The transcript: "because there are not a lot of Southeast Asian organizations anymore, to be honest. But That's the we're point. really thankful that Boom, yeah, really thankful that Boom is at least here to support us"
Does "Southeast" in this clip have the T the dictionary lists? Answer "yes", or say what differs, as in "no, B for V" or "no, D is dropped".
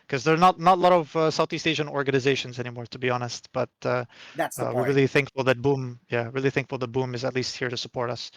yes